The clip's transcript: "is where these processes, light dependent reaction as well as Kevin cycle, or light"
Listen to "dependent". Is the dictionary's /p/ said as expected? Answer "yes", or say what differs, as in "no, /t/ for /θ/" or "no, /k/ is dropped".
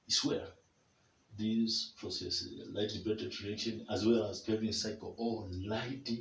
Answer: no, /b/ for /p/